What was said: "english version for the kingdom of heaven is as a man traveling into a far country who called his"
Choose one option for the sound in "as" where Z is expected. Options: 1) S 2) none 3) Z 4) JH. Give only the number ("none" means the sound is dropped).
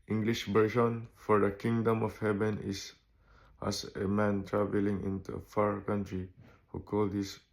1